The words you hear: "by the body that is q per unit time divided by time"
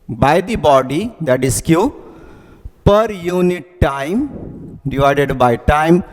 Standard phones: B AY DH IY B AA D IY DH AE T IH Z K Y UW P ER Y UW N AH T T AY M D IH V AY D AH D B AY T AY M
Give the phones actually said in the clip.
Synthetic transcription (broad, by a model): B AY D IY B AA D IY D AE T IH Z K Y UW P ER Y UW N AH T T AY M D IH V AY D AH D B AY T AY M